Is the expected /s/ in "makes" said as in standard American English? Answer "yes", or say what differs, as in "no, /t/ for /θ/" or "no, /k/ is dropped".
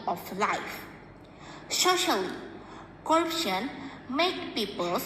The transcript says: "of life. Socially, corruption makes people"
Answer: no, /s/ is dropped